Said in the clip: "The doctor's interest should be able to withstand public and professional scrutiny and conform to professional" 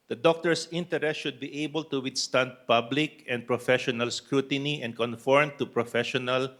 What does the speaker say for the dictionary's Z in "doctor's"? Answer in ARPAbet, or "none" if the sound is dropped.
S